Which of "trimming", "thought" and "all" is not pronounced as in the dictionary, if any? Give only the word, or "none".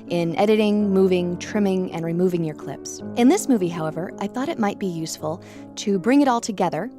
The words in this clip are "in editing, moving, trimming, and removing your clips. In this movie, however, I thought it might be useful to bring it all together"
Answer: none